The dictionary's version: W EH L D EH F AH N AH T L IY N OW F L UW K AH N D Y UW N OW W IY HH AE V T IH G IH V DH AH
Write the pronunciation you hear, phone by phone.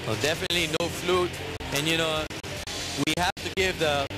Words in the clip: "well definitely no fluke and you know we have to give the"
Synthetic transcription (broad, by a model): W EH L D EH F AH N AH T L IY N OW F L UW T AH N Y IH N OW W IY HH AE F T IH G IH V DH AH